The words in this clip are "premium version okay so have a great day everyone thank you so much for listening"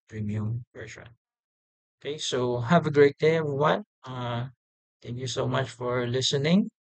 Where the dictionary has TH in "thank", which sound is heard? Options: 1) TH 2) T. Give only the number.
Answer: 2